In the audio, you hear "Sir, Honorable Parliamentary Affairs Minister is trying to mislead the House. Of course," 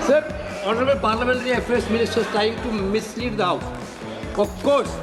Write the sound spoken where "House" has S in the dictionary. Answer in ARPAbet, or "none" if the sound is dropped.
none